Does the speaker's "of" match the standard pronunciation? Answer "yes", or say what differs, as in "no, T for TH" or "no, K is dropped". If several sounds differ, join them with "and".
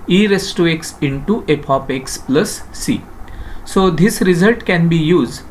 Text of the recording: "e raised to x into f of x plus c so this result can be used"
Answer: no, P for V